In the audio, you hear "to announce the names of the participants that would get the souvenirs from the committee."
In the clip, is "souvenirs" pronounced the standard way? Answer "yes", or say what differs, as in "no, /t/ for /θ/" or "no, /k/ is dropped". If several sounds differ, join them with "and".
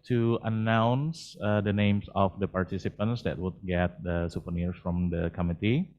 no, /p/ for /v/ and /s/ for /z/